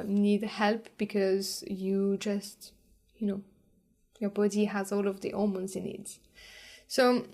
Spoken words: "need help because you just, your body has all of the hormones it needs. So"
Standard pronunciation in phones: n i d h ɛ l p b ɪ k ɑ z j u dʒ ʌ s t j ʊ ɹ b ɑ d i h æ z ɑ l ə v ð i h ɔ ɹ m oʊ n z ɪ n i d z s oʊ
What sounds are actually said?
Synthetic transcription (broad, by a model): n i d h ɛ l p b ɪ k ɑ z j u dʒ ʌ s t j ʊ ɹ b ɑ d i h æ z ɑ l ə v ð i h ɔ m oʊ n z ɪ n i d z s oʊ